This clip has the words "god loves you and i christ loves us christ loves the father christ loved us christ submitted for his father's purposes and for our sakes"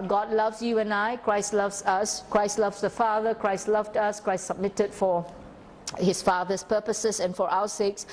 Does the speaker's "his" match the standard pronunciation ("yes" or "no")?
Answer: no